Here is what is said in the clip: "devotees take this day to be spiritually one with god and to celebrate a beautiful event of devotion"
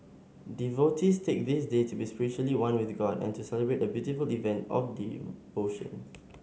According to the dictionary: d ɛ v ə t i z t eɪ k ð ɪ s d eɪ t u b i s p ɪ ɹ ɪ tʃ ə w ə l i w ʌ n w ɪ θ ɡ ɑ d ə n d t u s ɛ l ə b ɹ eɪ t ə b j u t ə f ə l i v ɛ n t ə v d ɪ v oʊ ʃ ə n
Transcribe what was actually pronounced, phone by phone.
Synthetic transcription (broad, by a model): d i v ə t i s t eɪ k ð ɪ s d eɪ t u b i s p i ɹ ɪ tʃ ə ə l i w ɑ n w ɪ θ ɡ ɑ d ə n t u s ɛ l ə b ɹ eɪ t ə b j u t ə f ə l i v ɛ n t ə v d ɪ oʊ ʃ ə n